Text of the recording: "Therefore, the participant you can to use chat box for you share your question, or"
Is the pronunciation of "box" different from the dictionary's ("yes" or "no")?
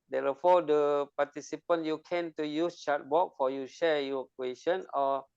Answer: yes